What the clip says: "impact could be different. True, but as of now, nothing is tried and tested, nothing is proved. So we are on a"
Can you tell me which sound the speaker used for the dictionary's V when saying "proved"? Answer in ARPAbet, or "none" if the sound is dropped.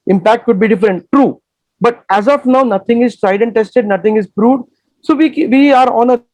none